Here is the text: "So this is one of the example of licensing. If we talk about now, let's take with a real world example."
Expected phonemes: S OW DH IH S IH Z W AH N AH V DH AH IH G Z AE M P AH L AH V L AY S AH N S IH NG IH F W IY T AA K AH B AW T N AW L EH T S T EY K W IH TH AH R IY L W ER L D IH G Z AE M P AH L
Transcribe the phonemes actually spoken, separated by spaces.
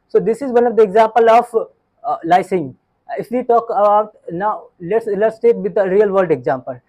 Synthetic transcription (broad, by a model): S OW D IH S IH Z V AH N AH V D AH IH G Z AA M P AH L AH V L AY AH S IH NG IH F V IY T AA K AH B AW T N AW L EH T S T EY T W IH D AH R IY L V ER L D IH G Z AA M P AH L